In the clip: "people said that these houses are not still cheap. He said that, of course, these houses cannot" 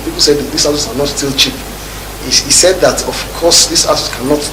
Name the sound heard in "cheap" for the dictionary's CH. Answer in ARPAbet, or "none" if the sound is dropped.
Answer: CH